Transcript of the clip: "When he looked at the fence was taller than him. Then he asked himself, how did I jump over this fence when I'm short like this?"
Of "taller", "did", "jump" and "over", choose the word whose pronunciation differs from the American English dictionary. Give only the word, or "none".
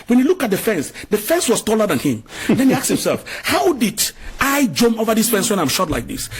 jump